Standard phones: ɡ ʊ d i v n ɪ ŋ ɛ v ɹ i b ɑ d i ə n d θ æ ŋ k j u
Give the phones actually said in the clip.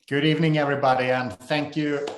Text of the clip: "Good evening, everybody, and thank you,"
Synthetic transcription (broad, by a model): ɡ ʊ d i v n ɪ ŋ ɛ v ɹ i b ɑ d i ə n θ æ ŋ k j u